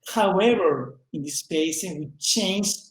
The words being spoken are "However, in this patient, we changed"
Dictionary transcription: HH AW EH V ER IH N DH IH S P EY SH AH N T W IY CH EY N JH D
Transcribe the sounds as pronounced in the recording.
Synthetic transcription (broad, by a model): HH AW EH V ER IH N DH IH S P EY S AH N W IY CH EY N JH